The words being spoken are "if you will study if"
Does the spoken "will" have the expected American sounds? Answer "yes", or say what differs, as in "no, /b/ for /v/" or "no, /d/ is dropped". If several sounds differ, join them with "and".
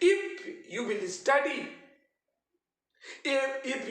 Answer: yes